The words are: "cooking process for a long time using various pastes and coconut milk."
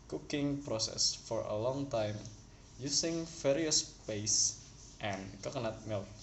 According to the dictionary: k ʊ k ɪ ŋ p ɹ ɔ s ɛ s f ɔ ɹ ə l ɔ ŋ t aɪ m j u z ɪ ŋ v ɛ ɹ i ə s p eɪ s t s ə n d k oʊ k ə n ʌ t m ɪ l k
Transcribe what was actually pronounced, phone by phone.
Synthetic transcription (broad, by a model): k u k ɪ ŋ p ɹ ɔ s ɛ s f ɔ ɹ ə l ɔ ŋ t aɪ m j u s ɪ ŋ f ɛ ɹ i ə s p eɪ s t ə n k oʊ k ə n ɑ t m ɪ l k